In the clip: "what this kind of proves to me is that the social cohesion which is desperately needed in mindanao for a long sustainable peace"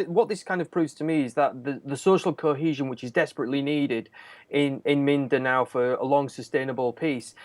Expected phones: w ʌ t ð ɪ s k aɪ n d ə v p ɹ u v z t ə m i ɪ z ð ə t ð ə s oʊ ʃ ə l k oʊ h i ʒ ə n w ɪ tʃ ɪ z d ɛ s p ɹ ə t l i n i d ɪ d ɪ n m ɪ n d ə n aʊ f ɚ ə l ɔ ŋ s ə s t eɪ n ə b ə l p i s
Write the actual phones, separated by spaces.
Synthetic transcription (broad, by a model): w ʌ t ð ɪ s k aɪ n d ə v p ɹ u v z t ə m i ɪ z ð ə t ð ə s oʊ ʃ ə l k oʊ h i ʒ ə n w ɪ tʃ ɪ z d ɛ s p ɹ ə t l i n i d ɪ d ɪ n m ɪ n d ə n aʊ f ɚ ə l ɔ ŋ s ə s t eɪ n ə b ə l p i s